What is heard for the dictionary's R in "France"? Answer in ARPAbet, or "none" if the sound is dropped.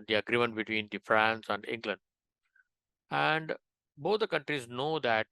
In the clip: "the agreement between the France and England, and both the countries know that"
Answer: R